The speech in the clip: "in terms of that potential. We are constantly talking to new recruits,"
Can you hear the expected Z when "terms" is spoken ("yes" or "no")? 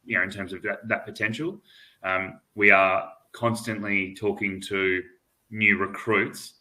yes